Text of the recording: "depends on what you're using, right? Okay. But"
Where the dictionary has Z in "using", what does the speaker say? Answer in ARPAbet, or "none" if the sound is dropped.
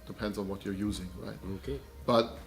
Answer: Z